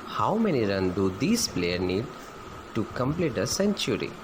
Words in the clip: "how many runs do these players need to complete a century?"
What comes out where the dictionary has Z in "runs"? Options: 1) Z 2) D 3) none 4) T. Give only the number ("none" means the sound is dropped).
3